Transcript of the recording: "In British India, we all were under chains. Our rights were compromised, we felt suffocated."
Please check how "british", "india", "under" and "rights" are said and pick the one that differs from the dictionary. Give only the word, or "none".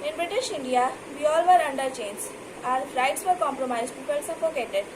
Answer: none